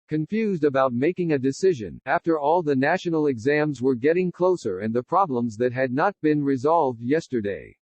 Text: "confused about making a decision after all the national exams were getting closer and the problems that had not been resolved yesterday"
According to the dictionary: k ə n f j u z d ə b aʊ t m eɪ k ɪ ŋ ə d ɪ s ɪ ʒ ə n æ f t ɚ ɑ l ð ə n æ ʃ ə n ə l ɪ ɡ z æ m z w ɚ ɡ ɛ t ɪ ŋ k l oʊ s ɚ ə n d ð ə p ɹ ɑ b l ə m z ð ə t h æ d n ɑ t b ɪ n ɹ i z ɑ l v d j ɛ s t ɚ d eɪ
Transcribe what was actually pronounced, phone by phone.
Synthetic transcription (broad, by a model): k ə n f j u z d ə b aʊ t m eɪ k ɪ ŋ ə d ɪ s ɪ ʒ ə n æ f t ɚ ɑ l ð ə n æ ʃ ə n l ɪ ɡ z æ m z w ɚ ɡ ɛ t ɪ ŋ k l oʊ s ɚ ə n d ð ə p ɹ ɑ b l ə m z ð ə t h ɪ d n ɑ t b ɪ n ɹ i z ɑ l v d j ɛ s t ɚ d eɪ